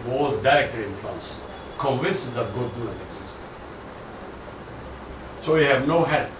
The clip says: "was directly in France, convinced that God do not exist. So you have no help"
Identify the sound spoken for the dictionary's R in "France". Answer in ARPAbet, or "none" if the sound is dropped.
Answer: L